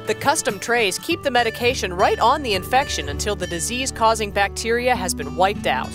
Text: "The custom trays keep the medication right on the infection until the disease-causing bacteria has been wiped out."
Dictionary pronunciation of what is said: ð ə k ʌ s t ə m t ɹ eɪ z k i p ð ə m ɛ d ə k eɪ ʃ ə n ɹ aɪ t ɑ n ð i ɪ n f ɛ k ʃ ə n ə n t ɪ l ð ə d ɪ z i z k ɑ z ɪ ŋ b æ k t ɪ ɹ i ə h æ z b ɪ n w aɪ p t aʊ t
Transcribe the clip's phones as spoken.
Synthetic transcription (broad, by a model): ð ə k ʌ s t ə m t ɹ eɪ z k i p ð ə m ɛ d ə k eɪ ʃ ə n ɹ aɪ t n ð i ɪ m f ɛ k ʃ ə n ə n t ɪ l ð ə d ɪ z i z k ɑ z ɪ ŋ b æ k t ɪ ɹ i ə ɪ z b ɪ n w aɪ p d aʊ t